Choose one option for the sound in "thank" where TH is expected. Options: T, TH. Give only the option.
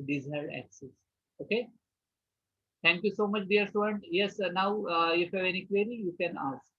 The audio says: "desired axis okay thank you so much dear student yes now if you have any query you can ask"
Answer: T